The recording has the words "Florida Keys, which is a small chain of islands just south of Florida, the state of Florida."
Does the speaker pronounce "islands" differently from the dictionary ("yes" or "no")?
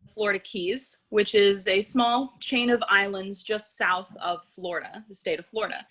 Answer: no